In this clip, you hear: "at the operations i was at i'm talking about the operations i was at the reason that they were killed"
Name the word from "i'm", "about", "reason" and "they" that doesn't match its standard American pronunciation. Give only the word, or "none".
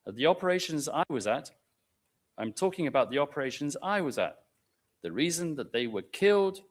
none